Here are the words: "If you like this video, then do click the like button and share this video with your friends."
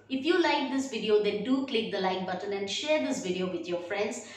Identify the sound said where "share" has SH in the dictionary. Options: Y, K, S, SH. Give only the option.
SH